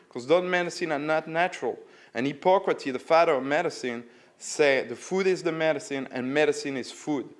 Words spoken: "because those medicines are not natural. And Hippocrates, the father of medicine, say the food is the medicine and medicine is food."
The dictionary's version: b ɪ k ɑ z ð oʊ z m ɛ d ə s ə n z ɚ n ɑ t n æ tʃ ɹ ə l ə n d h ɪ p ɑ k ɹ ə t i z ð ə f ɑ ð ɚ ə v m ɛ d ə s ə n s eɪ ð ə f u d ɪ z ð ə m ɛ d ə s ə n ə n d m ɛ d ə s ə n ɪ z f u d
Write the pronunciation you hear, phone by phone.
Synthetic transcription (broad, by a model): k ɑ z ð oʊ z m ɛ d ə s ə n ɚ n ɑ t n æ tʃ ɹ ə l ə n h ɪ p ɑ k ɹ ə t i ð ə f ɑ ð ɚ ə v m ɛ d ə s ə n s eɪ ð ə f u d ɪ z ð ə m ɛ d ə s ə n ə n m ɛ d ə s ə n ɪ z f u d